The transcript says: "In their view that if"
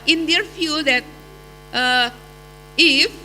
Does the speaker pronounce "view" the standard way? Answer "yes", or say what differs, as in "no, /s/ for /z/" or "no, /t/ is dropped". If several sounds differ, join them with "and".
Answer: no, /f/ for /v/